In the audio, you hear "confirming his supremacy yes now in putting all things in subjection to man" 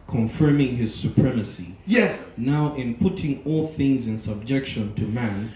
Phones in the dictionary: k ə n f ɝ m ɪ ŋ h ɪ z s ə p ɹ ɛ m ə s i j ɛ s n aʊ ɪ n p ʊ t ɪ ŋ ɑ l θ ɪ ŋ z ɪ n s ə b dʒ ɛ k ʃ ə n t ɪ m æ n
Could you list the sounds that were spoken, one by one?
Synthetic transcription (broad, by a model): k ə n f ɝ m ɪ ŋ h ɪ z s ə p ɹ ɛ m ə s i j ɛ s n aʊ ɪ n p ʊ t ɪ ŋ ɑ l θ ɪ ŋ z ɪ n s ə b dʒ ɛ k ʃ ə n t ɪ m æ n